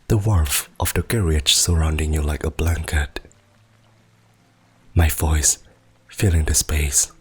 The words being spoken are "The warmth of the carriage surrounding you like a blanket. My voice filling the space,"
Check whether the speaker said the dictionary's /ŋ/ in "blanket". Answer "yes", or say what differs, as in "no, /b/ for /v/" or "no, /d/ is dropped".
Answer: yes